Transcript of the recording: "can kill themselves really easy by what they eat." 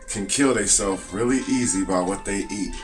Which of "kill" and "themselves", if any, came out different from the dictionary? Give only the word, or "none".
themselves